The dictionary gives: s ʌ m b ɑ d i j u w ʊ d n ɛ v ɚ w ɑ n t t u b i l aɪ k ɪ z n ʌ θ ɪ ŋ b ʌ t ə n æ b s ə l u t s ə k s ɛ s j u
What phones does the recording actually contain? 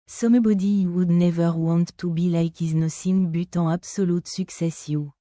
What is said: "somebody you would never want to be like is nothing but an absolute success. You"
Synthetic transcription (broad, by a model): s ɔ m b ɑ d i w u d n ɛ v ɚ w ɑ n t t u b i l aɪ k ɪ z n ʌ s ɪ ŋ b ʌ t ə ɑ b s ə l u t s ə k s ɛ s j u